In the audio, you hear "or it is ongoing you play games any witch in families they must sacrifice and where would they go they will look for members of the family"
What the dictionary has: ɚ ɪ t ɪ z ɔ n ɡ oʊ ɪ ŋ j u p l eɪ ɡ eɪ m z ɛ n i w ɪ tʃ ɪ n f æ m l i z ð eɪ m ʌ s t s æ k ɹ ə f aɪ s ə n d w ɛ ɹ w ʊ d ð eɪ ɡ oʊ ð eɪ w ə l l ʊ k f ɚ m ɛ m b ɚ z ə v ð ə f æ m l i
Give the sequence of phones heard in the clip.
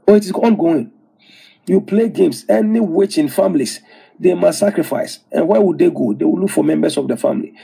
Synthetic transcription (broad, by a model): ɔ ɪ t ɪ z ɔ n ɡ oʊ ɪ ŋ j u p l eɪ ɡ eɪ m s ɛ n i w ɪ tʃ ɪ n f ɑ m l i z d eɪ m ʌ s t s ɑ k ɹ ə f aɪ s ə n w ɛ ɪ w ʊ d eɪ ɡ oʊ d eɪ w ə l l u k f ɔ m ɛ m b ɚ s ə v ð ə f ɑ m l i